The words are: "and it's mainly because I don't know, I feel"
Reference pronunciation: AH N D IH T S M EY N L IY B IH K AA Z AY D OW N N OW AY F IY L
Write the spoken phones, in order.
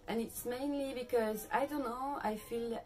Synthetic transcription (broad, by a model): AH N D IH T S M EY N L IY B IH K AA Z AY D OW N N OW AY F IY L